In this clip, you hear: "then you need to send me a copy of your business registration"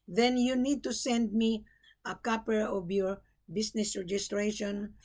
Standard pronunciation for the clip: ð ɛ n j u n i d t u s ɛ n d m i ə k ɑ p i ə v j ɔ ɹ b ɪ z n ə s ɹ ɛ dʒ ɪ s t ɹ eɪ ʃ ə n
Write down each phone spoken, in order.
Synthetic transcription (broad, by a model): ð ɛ n j u n i d t u s ɛ n d m i ə k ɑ p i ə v j ɔ ɹ b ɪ s n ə s ɹ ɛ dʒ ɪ s t ɹ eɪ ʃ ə n